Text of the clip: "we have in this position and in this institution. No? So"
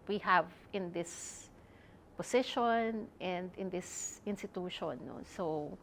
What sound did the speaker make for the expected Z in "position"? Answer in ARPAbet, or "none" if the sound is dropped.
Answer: S